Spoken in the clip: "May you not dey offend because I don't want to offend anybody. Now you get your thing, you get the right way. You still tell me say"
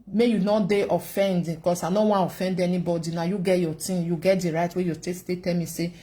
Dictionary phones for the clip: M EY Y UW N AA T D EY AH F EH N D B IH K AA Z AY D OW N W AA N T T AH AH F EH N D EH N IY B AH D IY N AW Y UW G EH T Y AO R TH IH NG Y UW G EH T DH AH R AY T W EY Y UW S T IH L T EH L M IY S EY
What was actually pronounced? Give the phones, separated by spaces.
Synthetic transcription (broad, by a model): M EY Y UW N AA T D EY AH F EH N D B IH K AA S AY N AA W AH AH F EH N D EH N IY B AH D IY N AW Y UW G EH T Y AO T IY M Y UW G EH T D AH R AY T W EY Y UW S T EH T T EH L M IY S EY